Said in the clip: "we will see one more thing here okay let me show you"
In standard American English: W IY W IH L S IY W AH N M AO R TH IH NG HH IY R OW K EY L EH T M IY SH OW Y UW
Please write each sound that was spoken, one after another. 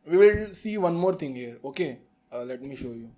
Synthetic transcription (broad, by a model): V IY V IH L S IY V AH N M AO R T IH NG HH IY R OW K EY L EH T M IY SH OW Y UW